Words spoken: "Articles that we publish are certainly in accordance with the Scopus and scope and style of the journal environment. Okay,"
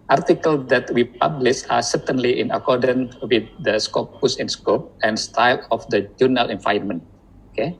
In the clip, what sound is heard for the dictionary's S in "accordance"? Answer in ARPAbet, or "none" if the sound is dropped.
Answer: none